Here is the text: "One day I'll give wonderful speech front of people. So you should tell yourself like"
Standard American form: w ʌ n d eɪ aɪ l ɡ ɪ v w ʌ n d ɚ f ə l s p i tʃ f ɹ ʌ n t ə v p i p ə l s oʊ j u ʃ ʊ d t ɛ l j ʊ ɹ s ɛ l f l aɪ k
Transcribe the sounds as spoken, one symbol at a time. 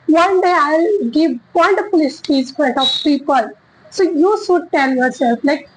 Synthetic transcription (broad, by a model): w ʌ n d eɪ aɪ l ɡ ɪ v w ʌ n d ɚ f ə l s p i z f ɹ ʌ t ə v p i p ə l s oʊ j u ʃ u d t ɛ l j ʊ ɹ s ɛ l f l aɪ k